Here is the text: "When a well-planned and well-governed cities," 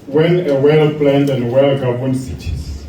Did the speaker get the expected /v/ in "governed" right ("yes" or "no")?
no